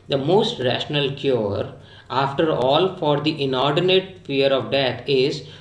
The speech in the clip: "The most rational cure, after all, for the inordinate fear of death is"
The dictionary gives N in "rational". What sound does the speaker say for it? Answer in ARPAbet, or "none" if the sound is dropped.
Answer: N